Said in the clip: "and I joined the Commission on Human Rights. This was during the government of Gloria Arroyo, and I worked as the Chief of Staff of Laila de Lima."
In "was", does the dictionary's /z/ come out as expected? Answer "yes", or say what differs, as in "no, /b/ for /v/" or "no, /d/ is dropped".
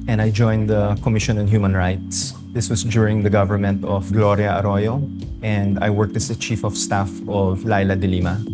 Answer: no, /s/ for /z/